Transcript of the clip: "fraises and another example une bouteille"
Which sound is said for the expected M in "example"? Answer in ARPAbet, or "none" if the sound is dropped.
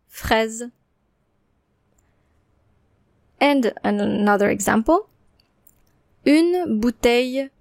M